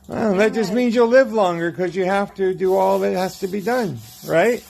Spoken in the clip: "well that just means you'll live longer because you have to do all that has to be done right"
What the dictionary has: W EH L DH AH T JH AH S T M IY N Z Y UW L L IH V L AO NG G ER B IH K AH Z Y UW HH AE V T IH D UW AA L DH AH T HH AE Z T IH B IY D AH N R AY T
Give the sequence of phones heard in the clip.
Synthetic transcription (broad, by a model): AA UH DH AH T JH AH S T M IY N Z Y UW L L IH V L AO NG G ER K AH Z Y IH HH AE F T IH D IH AA L DH AH T HH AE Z T IH B IY D AH N R AY T